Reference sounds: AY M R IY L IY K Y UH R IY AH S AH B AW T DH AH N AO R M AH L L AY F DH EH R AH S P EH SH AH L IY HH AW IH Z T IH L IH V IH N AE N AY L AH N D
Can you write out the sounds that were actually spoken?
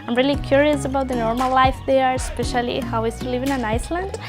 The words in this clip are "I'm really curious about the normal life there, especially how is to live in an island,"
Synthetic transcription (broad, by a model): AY M R IY L IY K Y UH R IY AH S AH B AW T DH AH N AO R M AH L L AY F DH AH R S P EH SH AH L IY HH AW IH S T IH L IH V IH N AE N AY L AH N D